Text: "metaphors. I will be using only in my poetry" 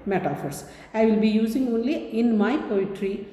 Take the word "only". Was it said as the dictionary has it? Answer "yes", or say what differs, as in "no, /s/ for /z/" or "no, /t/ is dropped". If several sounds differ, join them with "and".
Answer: yes